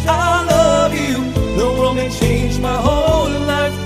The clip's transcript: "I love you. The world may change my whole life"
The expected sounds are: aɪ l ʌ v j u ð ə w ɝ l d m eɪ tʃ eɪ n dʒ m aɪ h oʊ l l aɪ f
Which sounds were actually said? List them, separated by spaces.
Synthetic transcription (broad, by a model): aɪ l ʌ v j u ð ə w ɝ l m eɪ tʃ eɪ n dʒ m aɪ h oʊ n l aɪ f